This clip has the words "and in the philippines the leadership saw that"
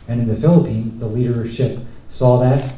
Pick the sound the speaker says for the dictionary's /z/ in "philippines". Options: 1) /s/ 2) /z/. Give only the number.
2